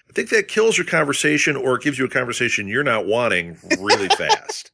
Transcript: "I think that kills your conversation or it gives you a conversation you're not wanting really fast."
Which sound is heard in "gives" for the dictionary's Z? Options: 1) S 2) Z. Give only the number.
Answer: 2